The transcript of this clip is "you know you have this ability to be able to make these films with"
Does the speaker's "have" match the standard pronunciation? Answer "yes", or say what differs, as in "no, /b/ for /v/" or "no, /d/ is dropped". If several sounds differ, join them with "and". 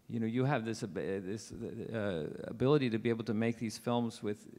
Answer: no, /b/ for /v/